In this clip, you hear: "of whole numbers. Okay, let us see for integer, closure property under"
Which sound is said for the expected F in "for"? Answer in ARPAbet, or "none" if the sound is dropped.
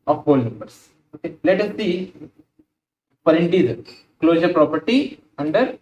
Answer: P